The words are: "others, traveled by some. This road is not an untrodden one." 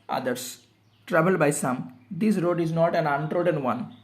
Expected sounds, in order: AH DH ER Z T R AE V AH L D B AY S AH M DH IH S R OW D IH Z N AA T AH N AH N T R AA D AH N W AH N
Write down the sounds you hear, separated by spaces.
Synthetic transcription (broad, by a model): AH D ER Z T R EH B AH L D B AY S AH M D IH S R OW D IH Z N AA T AH N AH N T R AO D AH N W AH N